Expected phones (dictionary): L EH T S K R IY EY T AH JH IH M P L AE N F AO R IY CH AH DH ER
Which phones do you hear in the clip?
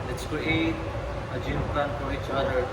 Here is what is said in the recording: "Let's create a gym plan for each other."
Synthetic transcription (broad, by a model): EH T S K R IY EY T AH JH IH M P AH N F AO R IY CH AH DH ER